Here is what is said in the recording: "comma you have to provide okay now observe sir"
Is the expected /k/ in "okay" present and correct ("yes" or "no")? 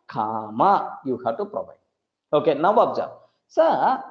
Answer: yes